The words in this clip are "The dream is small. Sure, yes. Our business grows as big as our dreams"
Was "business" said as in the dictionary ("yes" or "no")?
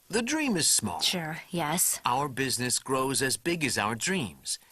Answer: yes